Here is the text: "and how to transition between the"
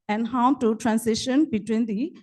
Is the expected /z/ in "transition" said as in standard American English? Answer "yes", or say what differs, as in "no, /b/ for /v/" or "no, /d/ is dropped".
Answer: no, /s/ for /z/